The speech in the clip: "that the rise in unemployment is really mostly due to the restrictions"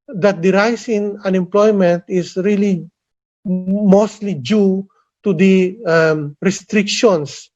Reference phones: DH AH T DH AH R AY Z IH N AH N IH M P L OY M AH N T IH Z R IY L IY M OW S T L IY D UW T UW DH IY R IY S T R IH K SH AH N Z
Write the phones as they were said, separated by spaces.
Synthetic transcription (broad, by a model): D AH T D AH R AY S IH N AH N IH M P L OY M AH N T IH S R IY L IY M OW S T L IY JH UW T UW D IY R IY S T R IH K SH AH N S